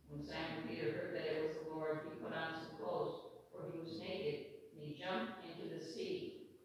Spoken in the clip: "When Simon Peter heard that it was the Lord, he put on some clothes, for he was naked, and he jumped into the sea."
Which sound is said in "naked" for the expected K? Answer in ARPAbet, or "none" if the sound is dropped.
none